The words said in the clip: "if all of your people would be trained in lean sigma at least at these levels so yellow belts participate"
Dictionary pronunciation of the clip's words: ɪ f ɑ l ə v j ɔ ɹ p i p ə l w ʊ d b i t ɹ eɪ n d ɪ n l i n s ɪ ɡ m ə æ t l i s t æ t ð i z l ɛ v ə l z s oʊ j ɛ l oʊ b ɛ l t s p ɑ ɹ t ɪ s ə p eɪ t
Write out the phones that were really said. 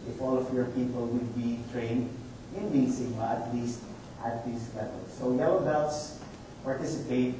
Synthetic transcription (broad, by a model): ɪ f ɑ l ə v j ɔ ɹ p i p ə l w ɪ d b i t ɹ eɪ n d ɪ n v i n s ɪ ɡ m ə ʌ t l i s t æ t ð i s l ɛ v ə l s oʊ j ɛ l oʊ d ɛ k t s p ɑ ɹ t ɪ s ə p eɪ t